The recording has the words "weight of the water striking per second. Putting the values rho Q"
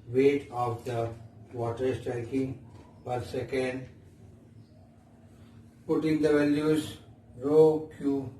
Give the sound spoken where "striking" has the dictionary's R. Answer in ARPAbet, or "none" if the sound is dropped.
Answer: R